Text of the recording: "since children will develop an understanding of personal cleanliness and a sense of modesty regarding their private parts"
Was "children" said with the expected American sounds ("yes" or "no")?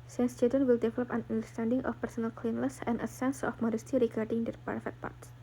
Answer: no